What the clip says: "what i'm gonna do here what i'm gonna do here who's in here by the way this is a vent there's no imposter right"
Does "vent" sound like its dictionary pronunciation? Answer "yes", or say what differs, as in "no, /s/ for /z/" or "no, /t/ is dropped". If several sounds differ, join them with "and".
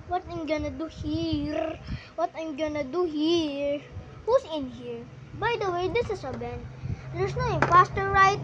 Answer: no, /b/ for /v/